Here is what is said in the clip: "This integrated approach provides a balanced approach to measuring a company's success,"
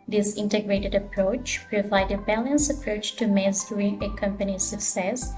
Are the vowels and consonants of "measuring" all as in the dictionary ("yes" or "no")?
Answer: no